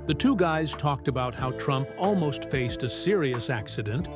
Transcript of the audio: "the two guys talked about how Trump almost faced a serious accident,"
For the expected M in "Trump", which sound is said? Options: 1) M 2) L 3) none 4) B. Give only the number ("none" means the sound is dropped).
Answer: 1